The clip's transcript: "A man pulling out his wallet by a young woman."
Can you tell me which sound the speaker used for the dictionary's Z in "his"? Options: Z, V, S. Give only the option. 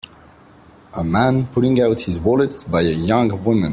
Z